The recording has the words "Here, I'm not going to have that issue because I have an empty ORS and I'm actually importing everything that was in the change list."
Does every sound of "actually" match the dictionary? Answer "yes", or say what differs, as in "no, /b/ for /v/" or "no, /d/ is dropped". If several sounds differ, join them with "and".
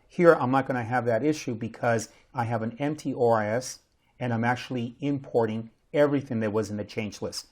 yes